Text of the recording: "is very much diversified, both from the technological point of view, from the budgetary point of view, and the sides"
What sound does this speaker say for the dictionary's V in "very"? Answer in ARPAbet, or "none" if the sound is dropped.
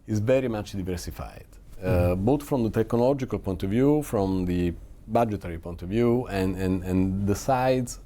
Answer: V